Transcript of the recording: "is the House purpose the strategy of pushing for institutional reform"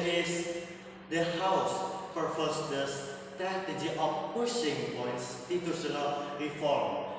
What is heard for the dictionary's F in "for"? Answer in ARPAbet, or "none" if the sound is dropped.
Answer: P